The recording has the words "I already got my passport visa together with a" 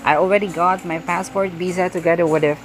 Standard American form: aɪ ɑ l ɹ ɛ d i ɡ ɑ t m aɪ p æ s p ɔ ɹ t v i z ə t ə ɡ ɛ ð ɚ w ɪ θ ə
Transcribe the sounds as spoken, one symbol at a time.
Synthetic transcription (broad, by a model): aɪ ɑ l ɹ ɛ d i ɡ ɑ t m aɪ p æ s p ɔ ɹ t b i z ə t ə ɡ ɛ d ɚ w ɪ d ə